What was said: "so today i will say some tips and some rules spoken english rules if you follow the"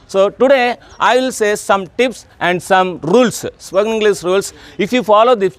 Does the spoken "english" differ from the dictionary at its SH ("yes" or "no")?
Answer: yes